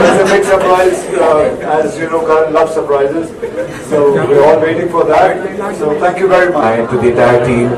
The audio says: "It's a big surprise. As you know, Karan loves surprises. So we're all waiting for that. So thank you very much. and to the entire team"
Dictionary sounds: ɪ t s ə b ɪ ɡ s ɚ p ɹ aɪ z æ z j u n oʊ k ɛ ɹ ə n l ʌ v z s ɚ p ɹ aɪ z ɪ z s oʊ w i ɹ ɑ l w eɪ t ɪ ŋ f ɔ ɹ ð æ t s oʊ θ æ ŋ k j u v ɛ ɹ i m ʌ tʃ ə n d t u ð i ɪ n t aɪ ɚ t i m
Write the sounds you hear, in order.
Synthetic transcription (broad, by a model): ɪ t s ə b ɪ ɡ s ɚ p ɹ aɪ z æ z j u n oʊ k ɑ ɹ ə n l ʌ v s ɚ p ɹ aɪ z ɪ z s oʊ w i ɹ ɑ l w eɪ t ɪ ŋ f ɔ ɹ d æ t s oʊ t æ ŋ k j u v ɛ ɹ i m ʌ ə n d t u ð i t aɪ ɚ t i m